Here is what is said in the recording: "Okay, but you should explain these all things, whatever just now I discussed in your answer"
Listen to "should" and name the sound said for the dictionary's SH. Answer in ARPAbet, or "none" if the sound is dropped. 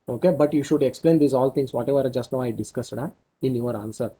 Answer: SH